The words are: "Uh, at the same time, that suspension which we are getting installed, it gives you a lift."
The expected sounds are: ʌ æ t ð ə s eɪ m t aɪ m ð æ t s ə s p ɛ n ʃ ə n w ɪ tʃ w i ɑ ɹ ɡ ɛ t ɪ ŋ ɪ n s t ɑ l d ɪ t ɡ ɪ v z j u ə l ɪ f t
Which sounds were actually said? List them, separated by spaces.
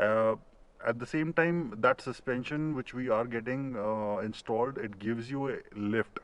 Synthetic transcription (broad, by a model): æ t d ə s eɪ m t aɪ m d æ t s ə s p ɛ n ʃ ə n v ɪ tʃ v i ɑ ɹ ɡ ɛ t ɪ ŋ ɪ n s t ɑ l d ɪ t ɡ ɪ v z j u ə l ɪ f t